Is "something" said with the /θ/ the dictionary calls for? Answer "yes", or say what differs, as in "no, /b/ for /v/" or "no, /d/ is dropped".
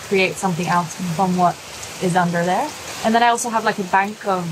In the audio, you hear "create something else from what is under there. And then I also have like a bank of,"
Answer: yes